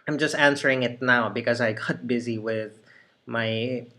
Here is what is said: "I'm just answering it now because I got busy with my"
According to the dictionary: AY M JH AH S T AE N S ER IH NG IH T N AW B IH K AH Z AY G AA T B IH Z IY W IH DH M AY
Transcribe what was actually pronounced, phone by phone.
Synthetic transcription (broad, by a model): AY M JH AH S T AE N S ER IH NG IH T N AW B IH K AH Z AY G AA T B IH Z IY W IH DH M AY